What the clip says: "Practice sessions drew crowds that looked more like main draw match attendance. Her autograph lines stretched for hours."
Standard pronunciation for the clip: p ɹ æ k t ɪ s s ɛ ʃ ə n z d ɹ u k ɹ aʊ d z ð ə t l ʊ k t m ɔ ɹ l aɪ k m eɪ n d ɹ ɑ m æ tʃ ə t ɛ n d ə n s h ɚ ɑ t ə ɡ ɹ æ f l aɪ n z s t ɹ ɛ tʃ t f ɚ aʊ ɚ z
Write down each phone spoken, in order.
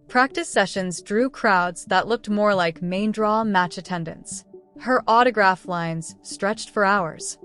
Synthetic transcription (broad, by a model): p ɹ æ k t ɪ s s ɛ ʃ ə n z d ɹ u k ɹ aʊ d z ð ə t l ʊ k t m ɔ ɹ l aɪ k m eɪ n d ɹ ɑ m æ tʃ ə t ɛ n d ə n s h ɚ ɑ t ə ɡ ɹ æ f l aɪ n z s t ɹ ɛ tʃ t f ɚ aʊ ɚ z